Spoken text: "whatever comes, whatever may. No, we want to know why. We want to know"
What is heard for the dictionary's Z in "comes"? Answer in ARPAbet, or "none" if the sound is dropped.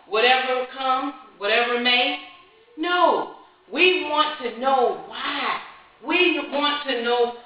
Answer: none